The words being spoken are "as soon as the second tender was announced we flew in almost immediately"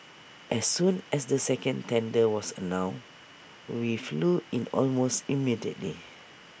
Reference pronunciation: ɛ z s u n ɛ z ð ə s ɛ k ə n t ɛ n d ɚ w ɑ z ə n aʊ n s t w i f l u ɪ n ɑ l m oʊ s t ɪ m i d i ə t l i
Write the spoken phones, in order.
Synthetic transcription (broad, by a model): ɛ s u n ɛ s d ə s ɛ k ə n t ɛ n d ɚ w ɑ s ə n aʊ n w i f l u ɪ n ɑ l m oʊ s t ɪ m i d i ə t l i